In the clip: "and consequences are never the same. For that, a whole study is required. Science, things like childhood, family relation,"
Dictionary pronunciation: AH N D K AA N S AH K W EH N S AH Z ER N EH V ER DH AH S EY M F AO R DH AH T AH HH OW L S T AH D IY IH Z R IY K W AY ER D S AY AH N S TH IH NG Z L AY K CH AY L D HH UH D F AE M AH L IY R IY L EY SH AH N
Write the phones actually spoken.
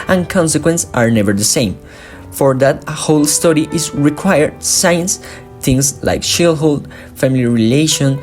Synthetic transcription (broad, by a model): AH N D K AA N S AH K W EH N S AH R N EH V ER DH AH S EY M F AO R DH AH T HH OW L S T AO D IY IH Z R IY K W AY ER D S AY AH N S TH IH NG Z L AY K SH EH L HH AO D F AE M AH L IY R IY L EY SH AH N